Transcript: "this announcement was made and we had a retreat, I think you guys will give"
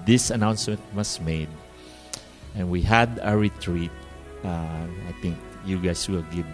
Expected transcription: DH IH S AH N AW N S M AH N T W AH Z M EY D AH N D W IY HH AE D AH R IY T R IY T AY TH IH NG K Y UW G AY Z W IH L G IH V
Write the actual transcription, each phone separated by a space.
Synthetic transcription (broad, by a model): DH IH S AH N AW N S M AH N T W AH S M EY D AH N W IY HH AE D AH R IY T R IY T AY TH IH NG K Y UW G AY S W IH L G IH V